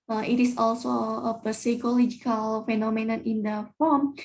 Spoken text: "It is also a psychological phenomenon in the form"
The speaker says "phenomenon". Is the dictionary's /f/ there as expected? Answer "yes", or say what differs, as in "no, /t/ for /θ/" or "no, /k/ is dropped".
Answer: yes